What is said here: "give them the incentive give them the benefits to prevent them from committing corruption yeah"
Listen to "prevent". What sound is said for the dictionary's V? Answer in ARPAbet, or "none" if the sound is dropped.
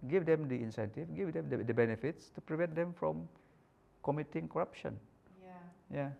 V